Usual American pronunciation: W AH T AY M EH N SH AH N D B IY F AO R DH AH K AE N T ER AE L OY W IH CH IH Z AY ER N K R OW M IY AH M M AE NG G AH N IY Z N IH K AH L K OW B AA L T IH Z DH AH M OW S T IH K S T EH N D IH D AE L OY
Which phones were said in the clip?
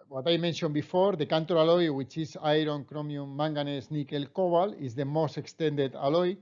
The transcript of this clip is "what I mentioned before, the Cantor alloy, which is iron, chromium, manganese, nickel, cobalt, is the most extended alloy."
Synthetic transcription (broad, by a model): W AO T AY M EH N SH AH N B IY F AO R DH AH K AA N T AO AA L OY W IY CH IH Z AY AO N K R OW M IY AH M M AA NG G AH N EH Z N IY K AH L K OW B AA L IH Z DH AH M OW S T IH K S T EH N D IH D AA L OY